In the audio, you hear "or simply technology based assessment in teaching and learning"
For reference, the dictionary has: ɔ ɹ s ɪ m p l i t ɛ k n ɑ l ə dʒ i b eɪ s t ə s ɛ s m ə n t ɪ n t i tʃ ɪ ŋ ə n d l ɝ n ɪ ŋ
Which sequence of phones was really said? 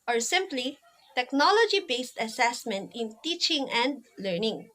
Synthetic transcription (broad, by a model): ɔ ɹ s ɪ m p l i t ɛ k n ɑ l ə dʒ i b eɪ s t ə s ɛ s m ə n t ɪ n t i tʃ ɪ ŋ ə n d l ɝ n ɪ ŋ